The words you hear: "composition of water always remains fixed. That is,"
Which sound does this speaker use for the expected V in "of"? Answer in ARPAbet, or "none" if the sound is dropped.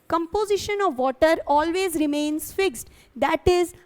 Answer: V